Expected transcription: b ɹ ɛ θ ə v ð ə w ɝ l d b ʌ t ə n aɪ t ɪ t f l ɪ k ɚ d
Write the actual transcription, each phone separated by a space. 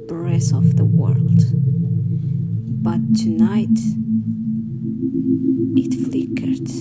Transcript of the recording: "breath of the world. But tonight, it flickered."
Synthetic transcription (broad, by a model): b ɹ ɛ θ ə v ð ə w ɝ l d b ʌ t ə n aɪ t ɪ t f l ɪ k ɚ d